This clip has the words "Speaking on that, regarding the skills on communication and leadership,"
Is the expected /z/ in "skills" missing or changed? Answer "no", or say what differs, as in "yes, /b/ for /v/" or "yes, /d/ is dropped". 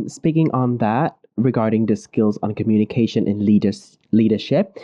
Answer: no